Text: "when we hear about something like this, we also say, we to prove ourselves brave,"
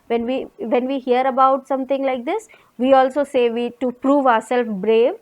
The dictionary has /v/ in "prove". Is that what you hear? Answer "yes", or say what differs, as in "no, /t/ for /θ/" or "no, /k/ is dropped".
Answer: yes